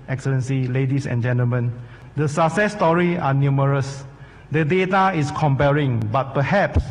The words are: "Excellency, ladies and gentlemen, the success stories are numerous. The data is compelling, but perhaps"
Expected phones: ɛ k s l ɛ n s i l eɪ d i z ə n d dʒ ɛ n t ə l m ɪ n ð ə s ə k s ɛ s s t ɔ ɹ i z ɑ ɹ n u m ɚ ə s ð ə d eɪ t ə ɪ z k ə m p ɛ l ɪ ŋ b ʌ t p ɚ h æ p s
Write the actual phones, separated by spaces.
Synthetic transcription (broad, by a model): ɛ k s l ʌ n s i l eɪ d i s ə n dʒ ɛ n t ə l m ɪ n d ə s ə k s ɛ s s t ɔ ɹ i ɑ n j u m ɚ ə s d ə d eɪ t ə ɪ s k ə m p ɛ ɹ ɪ ŋ b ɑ t p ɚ h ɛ p s